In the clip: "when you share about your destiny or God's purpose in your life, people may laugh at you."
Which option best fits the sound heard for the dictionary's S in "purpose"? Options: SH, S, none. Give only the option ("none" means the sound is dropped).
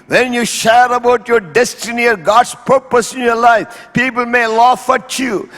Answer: S